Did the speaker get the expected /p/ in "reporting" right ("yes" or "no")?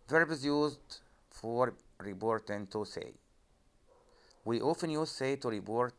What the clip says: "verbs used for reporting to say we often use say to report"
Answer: no